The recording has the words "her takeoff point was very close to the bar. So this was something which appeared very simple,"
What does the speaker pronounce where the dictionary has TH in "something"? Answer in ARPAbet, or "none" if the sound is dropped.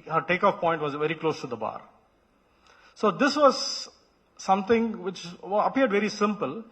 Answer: T